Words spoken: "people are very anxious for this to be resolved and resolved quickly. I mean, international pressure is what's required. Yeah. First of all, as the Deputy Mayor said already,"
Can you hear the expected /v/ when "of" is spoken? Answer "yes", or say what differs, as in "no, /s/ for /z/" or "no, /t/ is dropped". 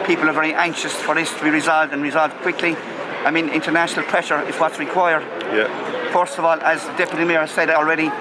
yes